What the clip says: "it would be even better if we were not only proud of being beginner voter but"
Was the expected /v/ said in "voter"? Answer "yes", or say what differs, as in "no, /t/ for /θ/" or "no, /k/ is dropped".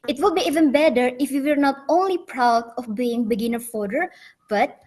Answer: no, /f/ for /v/